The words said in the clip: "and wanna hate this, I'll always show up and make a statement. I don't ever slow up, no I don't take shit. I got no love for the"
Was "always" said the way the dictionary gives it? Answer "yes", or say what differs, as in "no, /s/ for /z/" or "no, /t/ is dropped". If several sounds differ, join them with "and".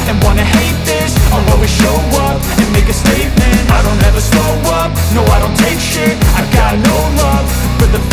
no, /l/ is dropped